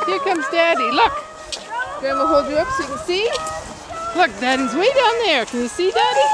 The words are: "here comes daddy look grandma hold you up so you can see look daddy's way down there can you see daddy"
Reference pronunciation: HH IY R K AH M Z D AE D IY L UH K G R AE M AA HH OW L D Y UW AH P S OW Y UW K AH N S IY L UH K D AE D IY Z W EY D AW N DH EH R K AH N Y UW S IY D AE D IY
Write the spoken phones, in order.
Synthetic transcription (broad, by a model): HH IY R K AH M Z D AE D IY L UH K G AO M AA HH OW L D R AH P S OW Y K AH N S IY L UH K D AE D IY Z W EY D AW N DH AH R K AH N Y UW S IY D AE D IY